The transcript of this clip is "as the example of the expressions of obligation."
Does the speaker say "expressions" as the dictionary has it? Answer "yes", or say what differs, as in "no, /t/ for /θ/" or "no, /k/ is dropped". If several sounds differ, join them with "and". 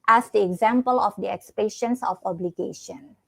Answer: no, /ɹ/ is dropped and /s/ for /z/